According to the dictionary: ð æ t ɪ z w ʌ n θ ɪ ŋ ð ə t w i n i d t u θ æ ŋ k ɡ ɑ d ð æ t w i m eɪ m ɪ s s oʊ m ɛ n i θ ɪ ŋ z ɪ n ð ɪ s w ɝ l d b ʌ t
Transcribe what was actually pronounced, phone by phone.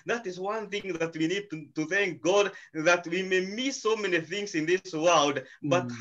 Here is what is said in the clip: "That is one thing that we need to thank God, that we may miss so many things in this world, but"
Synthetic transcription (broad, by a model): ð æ t ɪ z w ʌ n θ ɪ ŋ ð ə t w i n i d t u θ æ ŋ k ɡ ɑ d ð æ t w i m eɪ m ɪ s s oʊ m ɛ n i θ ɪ ŋ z ɪ n ð ɪ s w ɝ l d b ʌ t